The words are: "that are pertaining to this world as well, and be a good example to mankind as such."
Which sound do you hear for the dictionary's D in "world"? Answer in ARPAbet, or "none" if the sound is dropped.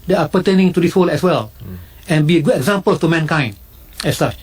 none